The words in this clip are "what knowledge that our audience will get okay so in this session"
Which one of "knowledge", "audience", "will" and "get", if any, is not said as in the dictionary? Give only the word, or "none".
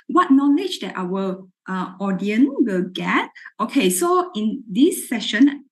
audience